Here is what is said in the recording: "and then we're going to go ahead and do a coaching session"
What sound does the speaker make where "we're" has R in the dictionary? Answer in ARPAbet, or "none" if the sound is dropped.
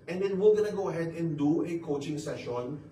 L